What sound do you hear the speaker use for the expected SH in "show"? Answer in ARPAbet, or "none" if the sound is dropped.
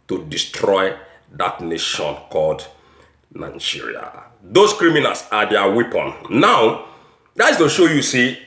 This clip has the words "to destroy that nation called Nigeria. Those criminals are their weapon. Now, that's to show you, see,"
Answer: SH